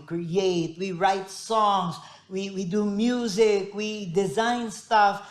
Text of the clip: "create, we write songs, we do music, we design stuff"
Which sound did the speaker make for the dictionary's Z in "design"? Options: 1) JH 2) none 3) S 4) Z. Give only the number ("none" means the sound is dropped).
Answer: 4